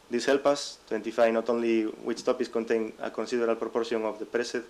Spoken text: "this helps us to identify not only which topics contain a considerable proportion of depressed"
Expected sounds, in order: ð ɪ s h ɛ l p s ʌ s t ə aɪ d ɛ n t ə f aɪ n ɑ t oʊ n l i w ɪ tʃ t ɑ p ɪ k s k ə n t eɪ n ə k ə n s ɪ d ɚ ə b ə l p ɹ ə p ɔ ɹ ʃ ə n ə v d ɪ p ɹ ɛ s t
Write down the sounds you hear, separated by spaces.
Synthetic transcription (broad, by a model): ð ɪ s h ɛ l p ʌ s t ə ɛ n t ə f aɪ n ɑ t oʊ n l i w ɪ tʃ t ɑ p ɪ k s k ə n t eɪ n ə k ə n s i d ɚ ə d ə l p ɹ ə p ɔ ɹ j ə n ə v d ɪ p ɹ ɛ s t